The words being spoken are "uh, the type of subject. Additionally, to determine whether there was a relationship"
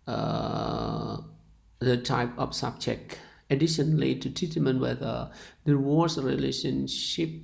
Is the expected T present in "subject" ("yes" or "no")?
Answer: no